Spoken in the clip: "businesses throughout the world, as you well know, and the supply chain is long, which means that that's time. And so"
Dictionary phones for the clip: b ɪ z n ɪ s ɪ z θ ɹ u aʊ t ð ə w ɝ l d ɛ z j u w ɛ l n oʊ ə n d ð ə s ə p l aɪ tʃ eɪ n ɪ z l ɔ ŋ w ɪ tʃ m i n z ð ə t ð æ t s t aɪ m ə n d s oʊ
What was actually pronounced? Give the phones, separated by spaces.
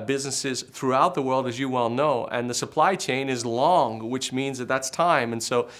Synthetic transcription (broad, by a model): b ɪ z n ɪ s ɪ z θ ɹ u aʊ t ð ə w ɝ l d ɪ z j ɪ w ɛ l n oʊ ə n ð ə s ə p l aɪ tʃ eɪ n ɪ z l ɔ ŋ w ɪ tʃ m i n z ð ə t ð æ t s t aɪ m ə n s oʊ